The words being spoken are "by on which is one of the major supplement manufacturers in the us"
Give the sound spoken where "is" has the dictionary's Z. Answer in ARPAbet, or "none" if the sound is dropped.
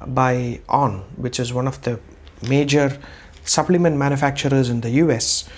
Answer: Z